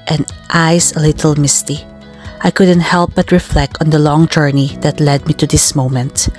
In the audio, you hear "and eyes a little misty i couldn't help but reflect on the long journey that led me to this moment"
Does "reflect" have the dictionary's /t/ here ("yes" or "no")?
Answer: yes